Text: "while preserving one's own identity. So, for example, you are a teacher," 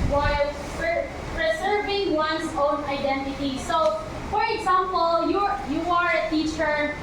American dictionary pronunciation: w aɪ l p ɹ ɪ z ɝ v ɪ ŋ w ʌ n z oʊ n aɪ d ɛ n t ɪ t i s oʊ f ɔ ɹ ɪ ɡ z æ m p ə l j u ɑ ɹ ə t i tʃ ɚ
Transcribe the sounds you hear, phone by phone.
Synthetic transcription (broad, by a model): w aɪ l p ɹ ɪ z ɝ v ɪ ŋ w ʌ n s oʊ n aɪ d ɛ n t ɪ t i s oʊ f ɔ ɹ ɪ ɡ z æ m p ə l j u ɑ ɹ ə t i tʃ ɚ